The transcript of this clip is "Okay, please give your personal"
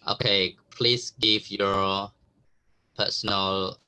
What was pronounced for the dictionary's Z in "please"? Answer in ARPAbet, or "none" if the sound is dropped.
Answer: S